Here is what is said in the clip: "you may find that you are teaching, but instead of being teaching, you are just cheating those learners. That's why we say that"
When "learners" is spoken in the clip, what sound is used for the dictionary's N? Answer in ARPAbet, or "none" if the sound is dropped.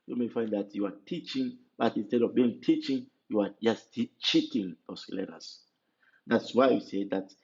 none